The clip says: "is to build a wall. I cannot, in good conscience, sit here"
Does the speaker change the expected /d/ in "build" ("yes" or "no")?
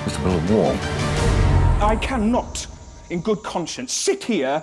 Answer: yes